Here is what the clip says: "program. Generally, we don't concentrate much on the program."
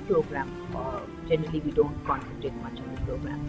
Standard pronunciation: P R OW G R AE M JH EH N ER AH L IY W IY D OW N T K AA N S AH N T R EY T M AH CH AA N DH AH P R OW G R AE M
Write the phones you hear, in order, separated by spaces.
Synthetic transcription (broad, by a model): P R OW G R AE M JH EH N ER AH L IY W IY D OW N T K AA N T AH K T EY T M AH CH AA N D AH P R OW G R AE M